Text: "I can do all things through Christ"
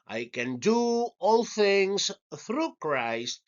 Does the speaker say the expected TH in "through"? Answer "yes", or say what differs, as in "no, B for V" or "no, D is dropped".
yes